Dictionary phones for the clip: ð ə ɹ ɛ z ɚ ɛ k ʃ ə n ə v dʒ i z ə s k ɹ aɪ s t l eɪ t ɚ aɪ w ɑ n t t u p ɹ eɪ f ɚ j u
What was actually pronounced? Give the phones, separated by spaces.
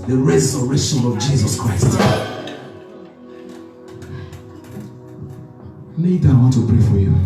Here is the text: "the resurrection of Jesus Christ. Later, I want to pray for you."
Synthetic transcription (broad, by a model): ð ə ɹ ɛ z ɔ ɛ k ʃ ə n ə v dʒ i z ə s k ɹ aɪ s t n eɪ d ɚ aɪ w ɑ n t t u p ɹ eɪ f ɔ j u